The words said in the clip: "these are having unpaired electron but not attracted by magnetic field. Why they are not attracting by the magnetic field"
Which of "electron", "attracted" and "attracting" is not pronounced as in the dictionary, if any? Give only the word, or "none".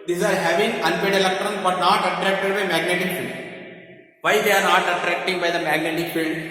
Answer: none